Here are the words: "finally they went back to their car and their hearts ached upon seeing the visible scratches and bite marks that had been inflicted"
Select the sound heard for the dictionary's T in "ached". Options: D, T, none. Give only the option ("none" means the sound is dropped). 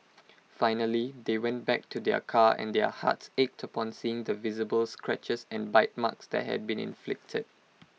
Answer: T